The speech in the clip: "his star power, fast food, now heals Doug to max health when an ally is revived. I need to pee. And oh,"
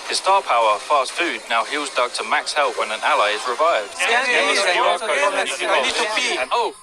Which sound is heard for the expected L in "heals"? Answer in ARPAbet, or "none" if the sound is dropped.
L